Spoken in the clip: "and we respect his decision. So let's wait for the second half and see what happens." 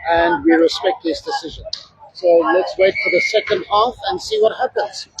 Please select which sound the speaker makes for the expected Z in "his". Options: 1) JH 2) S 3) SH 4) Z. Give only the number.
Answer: 2